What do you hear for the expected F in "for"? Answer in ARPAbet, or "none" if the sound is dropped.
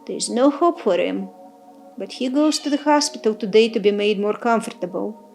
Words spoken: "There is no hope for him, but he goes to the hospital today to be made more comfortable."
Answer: F